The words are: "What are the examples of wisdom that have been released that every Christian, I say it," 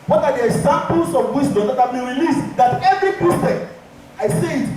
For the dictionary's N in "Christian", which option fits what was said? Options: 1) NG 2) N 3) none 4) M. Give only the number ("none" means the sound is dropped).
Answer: 3